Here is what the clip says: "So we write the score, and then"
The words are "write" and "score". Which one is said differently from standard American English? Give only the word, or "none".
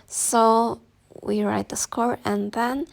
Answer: none